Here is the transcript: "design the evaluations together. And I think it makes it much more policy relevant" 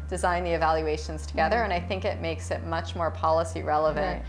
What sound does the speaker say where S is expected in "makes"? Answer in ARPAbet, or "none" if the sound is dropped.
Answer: S